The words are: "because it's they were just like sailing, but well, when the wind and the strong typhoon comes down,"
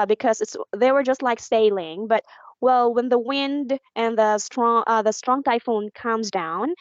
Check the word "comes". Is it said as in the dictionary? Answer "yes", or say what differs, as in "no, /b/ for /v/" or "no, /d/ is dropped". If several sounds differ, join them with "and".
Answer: yes